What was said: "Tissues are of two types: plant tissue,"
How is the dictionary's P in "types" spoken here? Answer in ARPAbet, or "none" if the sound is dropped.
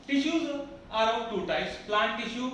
none